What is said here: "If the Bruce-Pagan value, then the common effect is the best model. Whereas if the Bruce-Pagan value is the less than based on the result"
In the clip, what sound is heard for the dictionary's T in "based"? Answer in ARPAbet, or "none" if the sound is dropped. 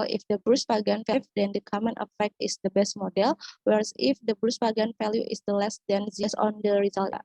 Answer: none